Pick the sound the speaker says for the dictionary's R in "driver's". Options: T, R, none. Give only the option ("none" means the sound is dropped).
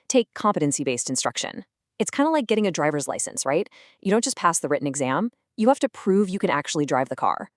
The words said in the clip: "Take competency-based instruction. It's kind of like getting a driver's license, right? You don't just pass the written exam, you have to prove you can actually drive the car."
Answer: R